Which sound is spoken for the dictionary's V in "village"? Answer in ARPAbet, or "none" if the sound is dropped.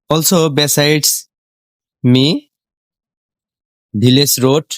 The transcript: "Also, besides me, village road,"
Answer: B